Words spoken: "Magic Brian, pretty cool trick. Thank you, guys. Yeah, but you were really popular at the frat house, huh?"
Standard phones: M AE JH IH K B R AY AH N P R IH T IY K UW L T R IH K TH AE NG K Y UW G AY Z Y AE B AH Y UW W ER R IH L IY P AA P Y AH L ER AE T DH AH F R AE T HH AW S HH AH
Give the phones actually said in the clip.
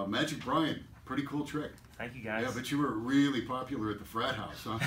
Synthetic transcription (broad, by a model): M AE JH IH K B R AY AH N P R IH T IY K UW L T R IH K TH AE NG K Y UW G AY Y AE B AH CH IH W ER R IH L IY P AA P Y L ER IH T DH AH F R AE T HH AW S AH